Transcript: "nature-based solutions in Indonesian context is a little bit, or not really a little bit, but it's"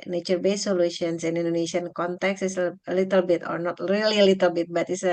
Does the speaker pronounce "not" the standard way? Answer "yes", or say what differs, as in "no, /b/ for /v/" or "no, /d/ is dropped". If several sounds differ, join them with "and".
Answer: yes